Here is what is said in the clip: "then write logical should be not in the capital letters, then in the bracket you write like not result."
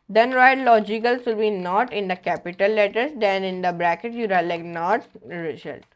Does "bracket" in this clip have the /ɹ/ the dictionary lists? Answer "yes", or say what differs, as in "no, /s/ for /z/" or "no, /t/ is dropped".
yes